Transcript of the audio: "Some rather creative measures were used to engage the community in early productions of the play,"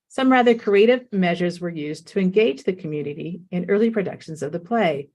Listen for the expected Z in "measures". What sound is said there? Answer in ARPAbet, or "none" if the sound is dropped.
Z